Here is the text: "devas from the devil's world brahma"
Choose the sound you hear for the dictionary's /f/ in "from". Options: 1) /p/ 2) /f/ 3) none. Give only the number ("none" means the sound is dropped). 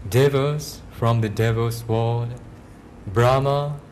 2